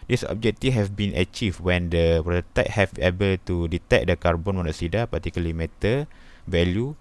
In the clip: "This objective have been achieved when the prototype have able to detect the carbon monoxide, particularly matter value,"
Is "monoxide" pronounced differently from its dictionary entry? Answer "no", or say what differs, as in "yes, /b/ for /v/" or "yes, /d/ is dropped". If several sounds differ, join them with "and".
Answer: yes, /k/ is dropped